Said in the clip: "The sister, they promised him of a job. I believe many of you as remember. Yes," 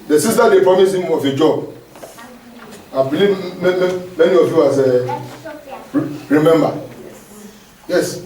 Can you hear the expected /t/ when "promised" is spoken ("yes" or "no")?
no